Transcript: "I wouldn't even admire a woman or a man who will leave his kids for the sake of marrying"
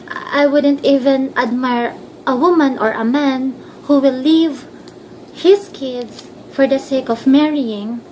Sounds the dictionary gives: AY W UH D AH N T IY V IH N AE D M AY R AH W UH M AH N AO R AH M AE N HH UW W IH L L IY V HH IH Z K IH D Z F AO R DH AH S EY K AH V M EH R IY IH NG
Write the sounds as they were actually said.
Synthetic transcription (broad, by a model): AY W UH D AH N T IY V IH N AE D M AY R AH W UH M AH N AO R AH M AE N HH UW W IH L L IY V HH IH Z K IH D S F AO R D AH S EY K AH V M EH R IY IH NG